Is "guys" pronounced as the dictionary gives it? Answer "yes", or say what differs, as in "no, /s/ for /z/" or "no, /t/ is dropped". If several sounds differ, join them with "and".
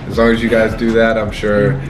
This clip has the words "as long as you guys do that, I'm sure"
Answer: yes